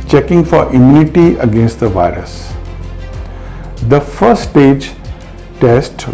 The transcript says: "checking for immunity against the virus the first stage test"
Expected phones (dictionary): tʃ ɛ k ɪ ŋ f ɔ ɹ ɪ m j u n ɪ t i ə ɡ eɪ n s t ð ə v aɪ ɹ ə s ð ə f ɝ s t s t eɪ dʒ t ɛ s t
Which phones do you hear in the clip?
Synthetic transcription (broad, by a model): tʃ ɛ k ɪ ŋ f ɔ ɹ ɪ m j u n ɪ t i ə ɡ eɪ n s t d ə v aɪ ɹ ə s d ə f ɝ t s t eɪ dʒ t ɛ s t